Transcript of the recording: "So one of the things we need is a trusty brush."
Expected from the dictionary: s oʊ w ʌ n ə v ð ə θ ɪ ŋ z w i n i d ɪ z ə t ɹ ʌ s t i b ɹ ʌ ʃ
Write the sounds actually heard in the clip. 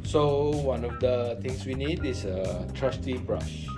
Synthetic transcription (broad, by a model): s oʊ w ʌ n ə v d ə t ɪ ŋ s w i n i d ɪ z ə t ɹ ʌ s t i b ɹ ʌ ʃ